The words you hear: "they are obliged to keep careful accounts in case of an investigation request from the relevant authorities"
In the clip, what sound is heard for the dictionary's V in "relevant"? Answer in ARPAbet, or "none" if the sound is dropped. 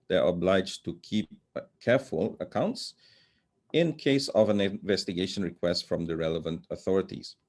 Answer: V